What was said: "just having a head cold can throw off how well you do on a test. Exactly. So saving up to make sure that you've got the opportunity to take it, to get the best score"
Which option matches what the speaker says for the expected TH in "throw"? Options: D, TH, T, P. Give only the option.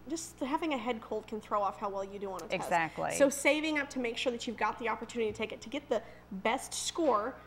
TH